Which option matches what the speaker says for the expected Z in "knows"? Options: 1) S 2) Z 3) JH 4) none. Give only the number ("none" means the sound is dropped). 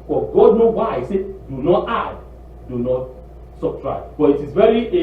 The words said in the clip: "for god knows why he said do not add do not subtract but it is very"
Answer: 4